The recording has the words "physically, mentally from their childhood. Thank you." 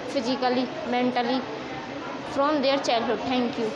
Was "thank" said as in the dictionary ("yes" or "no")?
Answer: no